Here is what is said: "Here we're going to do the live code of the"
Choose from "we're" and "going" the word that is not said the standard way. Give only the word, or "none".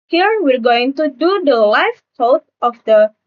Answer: none